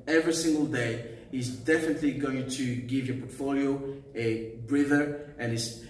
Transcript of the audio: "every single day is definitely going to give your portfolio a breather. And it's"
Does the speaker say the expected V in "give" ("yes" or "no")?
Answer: yes